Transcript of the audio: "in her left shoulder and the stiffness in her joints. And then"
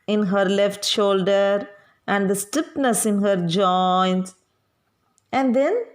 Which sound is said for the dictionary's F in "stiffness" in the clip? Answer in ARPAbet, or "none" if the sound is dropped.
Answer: P